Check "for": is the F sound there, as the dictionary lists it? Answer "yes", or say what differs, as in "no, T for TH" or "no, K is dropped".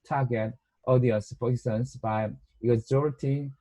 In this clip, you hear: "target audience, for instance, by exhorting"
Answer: no, P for F